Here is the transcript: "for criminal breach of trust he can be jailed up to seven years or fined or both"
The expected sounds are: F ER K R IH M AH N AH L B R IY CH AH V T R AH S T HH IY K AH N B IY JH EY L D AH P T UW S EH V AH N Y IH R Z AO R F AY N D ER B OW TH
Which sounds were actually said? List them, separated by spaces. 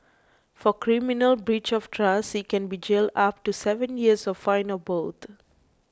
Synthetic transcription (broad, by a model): F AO K R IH M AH N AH L B R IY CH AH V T R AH S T K AH N B IY JH EY L D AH P T UW S EH V AH N Y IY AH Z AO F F AY N ER B OW T